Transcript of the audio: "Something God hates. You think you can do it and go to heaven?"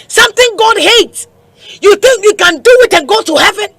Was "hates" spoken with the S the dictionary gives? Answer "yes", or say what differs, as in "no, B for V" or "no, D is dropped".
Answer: yes